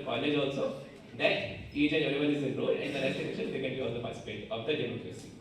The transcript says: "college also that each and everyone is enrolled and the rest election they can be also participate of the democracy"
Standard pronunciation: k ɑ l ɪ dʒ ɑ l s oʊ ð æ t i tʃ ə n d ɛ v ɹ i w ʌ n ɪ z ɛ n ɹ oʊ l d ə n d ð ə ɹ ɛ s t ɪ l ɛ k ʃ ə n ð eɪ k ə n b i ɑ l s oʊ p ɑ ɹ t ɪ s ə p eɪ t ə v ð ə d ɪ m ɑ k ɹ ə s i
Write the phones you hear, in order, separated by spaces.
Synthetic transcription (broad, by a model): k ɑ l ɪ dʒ ɑ l s oʊ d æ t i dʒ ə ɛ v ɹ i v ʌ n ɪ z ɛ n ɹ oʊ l ə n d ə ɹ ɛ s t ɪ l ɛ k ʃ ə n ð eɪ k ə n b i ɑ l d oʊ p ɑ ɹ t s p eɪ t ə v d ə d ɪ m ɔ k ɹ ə s i